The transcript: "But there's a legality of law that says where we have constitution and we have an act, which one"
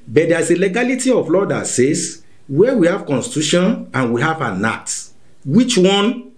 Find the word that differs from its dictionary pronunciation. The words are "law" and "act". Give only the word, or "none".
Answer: act